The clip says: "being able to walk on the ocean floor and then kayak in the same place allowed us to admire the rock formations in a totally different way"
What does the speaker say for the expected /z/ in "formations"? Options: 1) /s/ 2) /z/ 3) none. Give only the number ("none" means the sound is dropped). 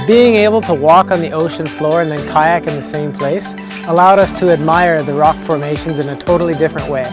2